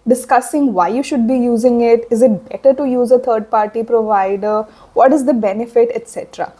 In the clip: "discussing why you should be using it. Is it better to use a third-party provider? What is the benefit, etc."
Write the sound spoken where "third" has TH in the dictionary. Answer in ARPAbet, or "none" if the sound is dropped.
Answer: T